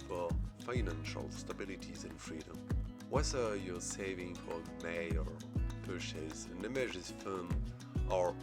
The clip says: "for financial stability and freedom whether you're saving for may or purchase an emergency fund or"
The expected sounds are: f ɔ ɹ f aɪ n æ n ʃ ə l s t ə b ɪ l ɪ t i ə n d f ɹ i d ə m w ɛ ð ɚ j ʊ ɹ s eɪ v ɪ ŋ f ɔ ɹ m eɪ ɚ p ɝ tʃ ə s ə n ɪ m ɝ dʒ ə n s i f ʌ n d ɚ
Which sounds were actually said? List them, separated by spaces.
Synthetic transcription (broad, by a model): f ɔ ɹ f aɪ n æ n ʃ ə l s t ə b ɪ l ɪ t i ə n f ɹ i d ə m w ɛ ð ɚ j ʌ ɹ s eɪ v ɪ ŋ f ɔ ɹ m eɪ ɚ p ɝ ʃ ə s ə n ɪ m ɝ ʒ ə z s f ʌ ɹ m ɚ